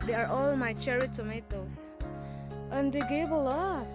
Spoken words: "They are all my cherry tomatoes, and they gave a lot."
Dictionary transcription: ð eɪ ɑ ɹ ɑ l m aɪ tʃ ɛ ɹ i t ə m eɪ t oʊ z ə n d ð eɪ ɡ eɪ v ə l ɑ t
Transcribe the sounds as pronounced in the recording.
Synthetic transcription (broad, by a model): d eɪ ɑ ɹ ɑ l m aɪ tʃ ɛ ɹ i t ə m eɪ t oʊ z ə n d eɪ ɡ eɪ b ə l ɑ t